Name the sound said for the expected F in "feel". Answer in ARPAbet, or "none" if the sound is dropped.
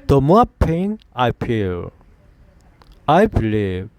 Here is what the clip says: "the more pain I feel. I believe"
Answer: P